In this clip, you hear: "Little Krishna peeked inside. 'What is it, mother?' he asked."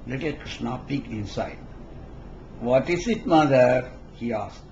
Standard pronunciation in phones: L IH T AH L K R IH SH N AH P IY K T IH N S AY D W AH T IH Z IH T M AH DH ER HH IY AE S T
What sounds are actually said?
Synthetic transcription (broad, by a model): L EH T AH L K R IH SH N AH P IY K IH N S AY D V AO T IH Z IH T M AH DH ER HH IY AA S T